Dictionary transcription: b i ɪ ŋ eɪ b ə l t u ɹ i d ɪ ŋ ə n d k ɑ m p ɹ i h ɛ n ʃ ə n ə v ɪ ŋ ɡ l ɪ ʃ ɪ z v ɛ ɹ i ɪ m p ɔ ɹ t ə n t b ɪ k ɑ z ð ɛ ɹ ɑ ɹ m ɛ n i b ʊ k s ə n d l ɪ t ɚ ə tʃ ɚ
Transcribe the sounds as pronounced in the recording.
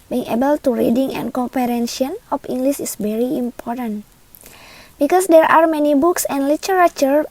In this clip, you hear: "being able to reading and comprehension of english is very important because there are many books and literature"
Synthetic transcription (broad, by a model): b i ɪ ŋ eɪ b ə l t u ɹ i d ɪ ŋ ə n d k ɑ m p i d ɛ n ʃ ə n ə f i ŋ ɡ l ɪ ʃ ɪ s v ɛ ɹ i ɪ m p ɔ ɹ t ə n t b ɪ k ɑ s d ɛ ɹ ɑ ɹ m ɛ n i b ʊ k s ə n d l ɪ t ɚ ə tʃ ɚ